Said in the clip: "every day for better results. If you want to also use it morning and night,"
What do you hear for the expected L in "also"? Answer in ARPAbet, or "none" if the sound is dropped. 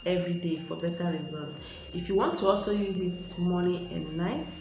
L